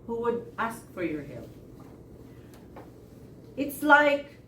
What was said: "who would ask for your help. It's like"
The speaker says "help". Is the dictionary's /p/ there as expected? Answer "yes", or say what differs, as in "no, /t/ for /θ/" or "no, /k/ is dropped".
no, /p/ is dropped